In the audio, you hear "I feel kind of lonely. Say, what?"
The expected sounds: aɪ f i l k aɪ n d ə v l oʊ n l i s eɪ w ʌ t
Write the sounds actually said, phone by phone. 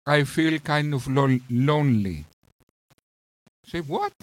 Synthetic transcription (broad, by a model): aɪ f i l k aɪ n d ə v l oʊ n l i s eɪ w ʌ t